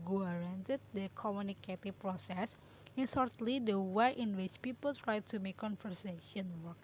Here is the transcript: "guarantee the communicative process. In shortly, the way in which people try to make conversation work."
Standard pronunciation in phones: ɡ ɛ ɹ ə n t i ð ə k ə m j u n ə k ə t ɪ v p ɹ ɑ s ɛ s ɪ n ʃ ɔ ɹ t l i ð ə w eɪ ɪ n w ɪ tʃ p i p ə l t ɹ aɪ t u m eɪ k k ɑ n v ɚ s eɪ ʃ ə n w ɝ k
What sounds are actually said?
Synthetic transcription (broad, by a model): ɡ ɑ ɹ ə n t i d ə k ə m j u n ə k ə t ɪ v p ɹ ɑ s ɛ s ɪ n s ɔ ɹ t l i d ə w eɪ ɪ n w ɪ tʃ p i p ə l t ɹ aɪ t u m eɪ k k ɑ n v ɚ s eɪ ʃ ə n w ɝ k